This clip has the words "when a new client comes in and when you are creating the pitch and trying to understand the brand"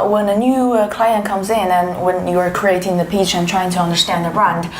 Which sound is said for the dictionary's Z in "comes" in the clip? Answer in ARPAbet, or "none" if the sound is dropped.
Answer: Z